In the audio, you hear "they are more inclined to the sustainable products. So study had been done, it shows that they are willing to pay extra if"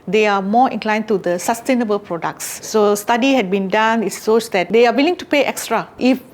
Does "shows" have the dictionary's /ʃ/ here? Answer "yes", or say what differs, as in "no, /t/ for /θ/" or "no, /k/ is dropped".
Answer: no, /s/ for /ʃ/